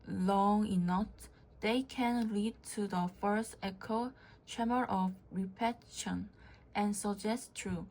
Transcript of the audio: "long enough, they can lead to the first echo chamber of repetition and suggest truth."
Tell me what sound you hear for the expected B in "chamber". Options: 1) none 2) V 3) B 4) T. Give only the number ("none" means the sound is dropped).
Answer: 1